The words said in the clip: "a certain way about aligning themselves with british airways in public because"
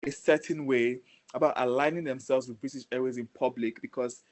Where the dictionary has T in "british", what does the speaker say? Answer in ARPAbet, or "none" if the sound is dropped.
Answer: S